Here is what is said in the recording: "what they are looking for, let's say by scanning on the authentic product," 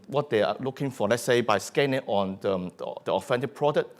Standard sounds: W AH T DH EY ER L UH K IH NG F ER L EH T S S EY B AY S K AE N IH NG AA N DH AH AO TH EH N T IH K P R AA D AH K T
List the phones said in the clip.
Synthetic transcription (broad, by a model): W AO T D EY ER L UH K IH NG F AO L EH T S S EY B AY S K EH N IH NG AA N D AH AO F EH N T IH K P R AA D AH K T